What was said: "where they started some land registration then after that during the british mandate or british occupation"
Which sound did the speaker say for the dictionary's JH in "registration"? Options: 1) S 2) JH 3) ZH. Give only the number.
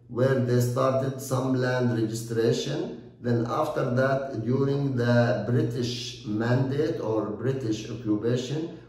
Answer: 2